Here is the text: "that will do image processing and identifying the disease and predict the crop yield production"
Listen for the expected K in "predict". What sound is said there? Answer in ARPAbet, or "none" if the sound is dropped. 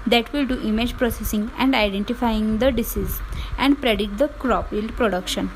none